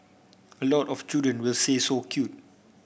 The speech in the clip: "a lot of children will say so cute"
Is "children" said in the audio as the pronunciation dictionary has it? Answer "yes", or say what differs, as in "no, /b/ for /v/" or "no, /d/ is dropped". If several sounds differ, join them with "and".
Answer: no, /l/ is dropped